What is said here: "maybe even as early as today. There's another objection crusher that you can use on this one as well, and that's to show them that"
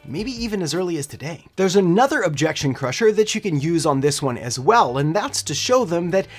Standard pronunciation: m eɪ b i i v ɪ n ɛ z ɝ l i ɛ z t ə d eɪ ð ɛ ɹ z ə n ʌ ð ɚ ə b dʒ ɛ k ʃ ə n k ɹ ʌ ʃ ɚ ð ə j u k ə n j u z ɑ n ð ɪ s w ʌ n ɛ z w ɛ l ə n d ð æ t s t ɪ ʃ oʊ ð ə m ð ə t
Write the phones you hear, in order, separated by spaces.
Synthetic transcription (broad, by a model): m eɪ b i i v ɪ n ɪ z ɝ l i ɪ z t ə d eɪ ð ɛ ɹ z ə n ʌ ð ɚ ə b dʒ ɛ k ʃ ə n k ɹ ʌ ʃ ɚ ð ə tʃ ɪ k ə n j u z n ð ɪ s w ʌ n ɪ z w ɛ l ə n ð æ t s t ɪ ʃ oʊ ð ə m ð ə t